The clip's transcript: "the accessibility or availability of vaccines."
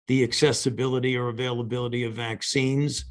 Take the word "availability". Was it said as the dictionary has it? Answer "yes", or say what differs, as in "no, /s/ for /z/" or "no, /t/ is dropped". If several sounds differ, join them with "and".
yes